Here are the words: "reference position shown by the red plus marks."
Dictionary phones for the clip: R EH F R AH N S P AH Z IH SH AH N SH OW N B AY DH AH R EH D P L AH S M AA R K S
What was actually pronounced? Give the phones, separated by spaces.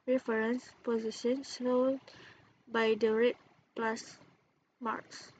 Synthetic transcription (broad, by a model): R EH F R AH N S P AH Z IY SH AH N S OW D B AY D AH R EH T P L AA S M AA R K S